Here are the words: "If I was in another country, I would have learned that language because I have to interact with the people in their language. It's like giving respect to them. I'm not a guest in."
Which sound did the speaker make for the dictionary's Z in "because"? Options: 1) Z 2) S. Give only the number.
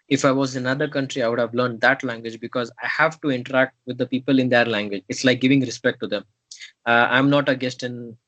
1